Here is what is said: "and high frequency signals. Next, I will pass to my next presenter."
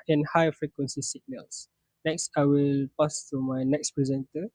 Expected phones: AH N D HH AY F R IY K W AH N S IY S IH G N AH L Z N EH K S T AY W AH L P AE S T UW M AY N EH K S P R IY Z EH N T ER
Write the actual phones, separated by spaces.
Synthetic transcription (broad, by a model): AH N HH AY F R IY K W AH N S IY S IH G N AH L S N EH K S T AY W AH L P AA S T UW M AY N EH K S P R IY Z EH N T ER